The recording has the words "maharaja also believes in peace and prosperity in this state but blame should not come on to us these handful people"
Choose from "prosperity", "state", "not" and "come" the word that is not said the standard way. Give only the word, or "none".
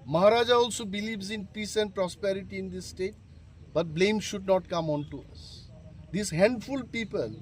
none